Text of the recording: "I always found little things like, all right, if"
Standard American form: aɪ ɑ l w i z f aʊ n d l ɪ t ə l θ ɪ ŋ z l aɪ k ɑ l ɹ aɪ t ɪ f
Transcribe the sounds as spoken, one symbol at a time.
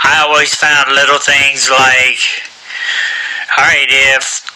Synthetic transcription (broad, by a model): aɪ ɑ l w i z f aʊ n d l ɪ t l θ ɪ ŋ z l aɪ k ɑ ɹ aɪ t ɪ f